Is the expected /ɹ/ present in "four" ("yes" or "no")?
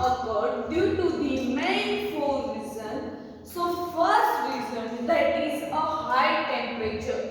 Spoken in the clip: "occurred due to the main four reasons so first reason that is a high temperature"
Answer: no